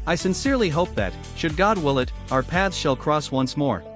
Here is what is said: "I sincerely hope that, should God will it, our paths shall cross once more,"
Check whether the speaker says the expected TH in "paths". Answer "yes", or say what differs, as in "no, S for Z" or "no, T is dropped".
yes